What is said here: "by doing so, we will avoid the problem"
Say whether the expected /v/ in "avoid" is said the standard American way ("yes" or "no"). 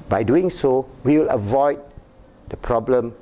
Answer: yes